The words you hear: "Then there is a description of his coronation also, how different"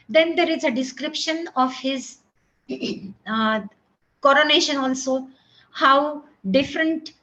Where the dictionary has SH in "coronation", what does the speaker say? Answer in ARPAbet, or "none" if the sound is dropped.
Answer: SH